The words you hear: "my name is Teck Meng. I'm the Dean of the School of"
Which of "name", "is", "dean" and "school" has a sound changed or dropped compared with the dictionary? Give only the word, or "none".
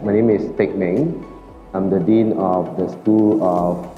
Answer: is